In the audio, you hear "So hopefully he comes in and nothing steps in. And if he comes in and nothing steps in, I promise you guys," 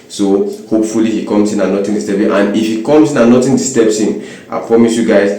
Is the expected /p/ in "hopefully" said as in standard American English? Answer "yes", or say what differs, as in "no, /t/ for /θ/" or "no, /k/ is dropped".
yes